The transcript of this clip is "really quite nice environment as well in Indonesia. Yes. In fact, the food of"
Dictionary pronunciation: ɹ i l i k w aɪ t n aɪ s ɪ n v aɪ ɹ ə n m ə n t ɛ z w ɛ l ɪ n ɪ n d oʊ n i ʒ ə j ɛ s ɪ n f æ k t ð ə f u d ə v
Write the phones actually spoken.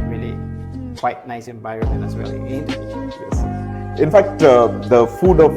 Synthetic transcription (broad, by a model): ɹ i l i k w aɪ t n aɪ s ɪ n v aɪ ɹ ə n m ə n ɛ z w ɛ l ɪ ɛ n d j ɛ s ɪ n f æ k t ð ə f u d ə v